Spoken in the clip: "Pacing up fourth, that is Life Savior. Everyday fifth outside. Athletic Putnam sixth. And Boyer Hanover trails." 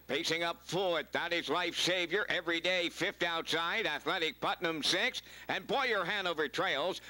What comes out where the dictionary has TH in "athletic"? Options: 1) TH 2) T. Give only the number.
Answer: 1